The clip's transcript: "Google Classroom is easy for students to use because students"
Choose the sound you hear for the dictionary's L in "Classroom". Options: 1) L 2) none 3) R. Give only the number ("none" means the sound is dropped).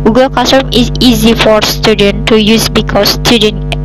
2